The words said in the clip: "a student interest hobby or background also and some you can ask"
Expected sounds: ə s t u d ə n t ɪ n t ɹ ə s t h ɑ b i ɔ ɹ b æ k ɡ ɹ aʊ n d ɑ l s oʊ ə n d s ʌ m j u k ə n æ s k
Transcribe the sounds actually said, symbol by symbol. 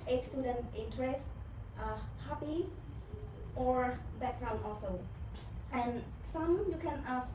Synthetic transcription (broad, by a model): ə s t u d ə n t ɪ n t ɹ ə s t h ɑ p i ɔ ɹ b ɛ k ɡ ɹ aʊ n ɑ l s oʊ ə n s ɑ m j u k ə n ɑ s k